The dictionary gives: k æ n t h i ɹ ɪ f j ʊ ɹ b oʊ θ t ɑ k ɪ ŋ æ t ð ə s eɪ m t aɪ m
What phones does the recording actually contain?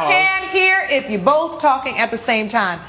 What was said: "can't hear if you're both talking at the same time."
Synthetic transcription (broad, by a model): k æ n h i ɹ ɪ f j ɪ b oʊ θ t ɑ k ɪ ŋ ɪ t ð ə s eɪ m t aɪ m